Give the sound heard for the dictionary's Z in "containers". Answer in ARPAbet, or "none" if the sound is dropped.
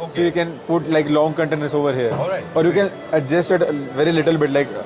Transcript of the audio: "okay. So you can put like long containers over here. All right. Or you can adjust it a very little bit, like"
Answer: S